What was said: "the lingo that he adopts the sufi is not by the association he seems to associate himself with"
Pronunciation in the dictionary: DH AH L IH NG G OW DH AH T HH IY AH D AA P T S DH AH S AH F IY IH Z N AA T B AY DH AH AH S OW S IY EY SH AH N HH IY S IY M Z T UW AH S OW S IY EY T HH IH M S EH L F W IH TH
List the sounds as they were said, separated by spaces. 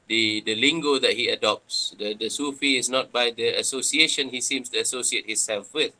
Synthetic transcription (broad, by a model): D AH L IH NG G OW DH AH T HH IY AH D AA P T S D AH S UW F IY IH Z N AA T B AY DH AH AH S OW S IY EY SH AH N HH IY S IY M S T UW AH S OW S IY EY T HH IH S EH L F W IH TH